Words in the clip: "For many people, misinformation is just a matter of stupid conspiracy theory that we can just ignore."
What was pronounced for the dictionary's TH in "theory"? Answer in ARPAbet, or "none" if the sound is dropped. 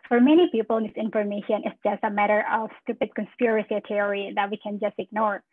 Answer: T